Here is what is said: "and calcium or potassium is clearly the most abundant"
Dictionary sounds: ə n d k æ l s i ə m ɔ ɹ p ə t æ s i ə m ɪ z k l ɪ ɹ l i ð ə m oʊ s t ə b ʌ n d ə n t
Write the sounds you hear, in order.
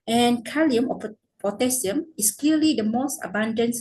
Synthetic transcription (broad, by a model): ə n k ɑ l i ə m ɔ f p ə t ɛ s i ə m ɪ s k l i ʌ l i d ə m oʊ s t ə b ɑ n d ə n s